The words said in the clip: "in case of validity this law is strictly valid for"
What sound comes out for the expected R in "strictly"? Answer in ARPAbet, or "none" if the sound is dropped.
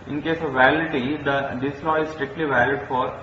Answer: R